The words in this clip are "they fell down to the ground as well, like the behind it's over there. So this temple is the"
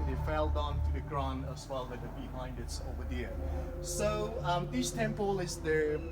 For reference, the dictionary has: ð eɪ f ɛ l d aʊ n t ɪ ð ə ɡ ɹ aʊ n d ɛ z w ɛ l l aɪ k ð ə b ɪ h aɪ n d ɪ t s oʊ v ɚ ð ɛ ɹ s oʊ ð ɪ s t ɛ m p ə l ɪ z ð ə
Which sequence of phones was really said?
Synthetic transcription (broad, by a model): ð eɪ f ɛ l d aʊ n t ɪ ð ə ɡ ɹ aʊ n ʌ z w ɛ l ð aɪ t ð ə b ɪ h aɪ n d ɪ t s oʊ v ɚ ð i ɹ s oʊ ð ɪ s t ɛ m p ə l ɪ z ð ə